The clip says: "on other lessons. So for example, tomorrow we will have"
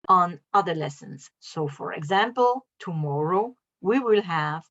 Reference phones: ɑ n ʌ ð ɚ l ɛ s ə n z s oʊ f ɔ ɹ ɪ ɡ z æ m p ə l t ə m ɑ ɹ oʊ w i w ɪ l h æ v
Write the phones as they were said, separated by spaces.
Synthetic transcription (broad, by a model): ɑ n ʌ ð ɚ l ɛ s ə n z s oʊ f ɔ ɹ ɪ ɡ z æ m p ə l t ə m ɑ ɹ oʊ w i w ɪ l h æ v